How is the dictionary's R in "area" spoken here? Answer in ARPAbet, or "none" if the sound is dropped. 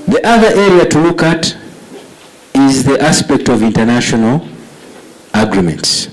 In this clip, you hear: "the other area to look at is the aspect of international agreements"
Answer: R